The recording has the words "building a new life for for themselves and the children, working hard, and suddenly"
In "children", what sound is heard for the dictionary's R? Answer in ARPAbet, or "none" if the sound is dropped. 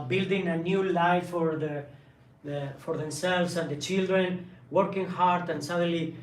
R